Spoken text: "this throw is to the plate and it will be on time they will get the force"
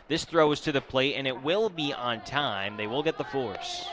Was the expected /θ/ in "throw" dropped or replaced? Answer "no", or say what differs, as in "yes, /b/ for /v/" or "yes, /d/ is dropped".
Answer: no